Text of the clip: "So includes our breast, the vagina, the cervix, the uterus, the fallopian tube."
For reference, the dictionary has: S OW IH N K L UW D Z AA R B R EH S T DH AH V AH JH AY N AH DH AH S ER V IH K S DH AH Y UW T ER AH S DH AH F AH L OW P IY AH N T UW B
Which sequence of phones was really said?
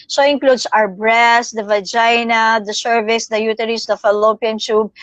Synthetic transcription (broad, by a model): S OW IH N K L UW D S AA R B R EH S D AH V AH JH AY N AH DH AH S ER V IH S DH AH Y UW T ER AH S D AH F AH L OW P IY AH N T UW B